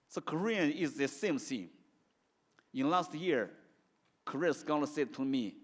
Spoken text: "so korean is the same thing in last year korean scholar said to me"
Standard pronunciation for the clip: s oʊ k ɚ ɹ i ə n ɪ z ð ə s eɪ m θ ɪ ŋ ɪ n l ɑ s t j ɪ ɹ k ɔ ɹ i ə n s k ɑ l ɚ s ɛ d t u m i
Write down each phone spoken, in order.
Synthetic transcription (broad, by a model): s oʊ k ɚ ɹ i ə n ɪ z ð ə s eɪ m s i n ɪ n l ɑ s t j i ɹ k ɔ ɹ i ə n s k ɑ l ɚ s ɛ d t u m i